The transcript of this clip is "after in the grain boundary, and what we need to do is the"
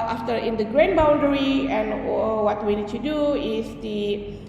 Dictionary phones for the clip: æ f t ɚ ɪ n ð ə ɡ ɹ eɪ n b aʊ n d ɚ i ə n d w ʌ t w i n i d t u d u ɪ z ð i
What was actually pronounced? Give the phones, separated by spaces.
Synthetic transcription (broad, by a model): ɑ f t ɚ ɪ n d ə ɡ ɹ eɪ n b aʊ n d ɚ i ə n w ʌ t w i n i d t u d u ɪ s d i